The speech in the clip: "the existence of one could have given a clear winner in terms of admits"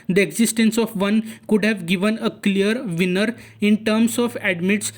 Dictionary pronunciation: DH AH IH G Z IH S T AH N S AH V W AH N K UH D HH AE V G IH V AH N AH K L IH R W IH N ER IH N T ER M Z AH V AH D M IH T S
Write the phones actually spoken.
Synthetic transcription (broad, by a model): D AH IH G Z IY S T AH N S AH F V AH N K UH D HH AE V G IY V AH N AH K L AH R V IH N ER IH N T ER M S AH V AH D M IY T S